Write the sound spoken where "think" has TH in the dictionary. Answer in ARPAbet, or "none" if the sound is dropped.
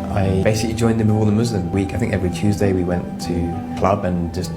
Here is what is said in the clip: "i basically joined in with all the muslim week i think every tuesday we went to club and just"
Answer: TH